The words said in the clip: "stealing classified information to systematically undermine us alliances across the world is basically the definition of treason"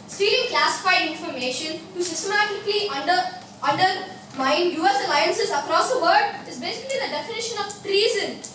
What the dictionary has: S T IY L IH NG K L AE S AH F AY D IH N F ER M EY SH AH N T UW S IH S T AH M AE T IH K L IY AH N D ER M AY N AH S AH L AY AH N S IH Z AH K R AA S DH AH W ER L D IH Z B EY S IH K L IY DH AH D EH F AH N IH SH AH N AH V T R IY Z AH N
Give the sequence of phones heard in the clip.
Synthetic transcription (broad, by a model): S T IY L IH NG K L AE S AH F AY D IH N F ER M EY SH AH N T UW S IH S T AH M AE T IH K L IY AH N D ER M AY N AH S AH L AY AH N S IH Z AH K R AA S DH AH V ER D IH Z B EY S IH K L IY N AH D EH F AH N IH SH AH N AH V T R IY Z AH N